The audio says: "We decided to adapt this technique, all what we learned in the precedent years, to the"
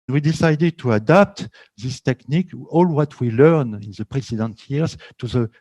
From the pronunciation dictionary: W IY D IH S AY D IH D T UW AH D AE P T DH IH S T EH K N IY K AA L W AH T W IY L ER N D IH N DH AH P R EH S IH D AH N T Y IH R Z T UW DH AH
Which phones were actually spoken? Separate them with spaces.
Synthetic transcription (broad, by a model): W IY D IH S AY D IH D T UW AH D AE P T DH IH S T EH K N IY K AA L W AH T W IY L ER N IH N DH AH P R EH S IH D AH N T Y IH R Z T UW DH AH